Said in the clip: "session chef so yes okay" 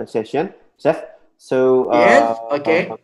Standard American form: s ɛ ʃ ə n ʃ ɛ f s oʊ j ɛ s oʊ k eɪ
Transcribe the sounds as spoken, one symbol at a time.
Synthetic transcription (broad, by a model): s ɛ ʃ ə n s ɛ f s oʊ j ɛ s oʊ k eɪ